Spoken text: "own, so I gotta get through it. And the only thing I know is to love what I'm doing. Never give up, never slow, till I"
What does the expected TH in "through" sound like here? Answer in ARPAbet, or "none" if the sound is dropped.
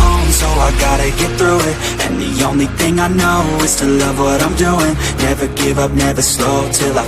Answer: TH